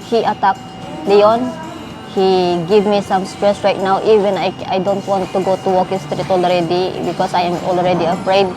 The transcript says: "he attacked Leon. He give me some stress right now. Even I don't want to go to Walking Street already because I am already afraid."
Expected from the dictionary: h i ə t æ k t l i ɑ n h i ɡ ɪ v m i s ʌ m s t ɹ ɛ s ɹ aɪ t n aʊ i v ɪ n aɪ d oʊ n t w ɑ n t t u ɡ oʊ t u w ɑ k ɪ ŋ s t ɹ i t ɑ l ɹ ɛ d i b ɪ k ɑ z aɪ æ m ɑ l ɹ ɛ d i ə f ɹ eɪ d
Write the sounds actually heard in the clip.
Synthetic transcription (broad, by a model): h i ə t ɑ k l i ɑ n h i ɡ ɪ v m i s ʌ m s t ɹ ɛ s ɹ aɪ t n aʊ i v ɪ n aɪ d oʊ n t w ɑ n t t u ɡ oʊ t u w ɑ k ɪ s t ɹ i t ɑ l ɹ ɛ d i b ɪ k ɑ s aɪ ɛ m ɑ l ɹ ɛ d i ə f ɹ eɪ d